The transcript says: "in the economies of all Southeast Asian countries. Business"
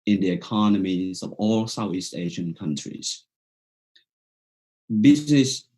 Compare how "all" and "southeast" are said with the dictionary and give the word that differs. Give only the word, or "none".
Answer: none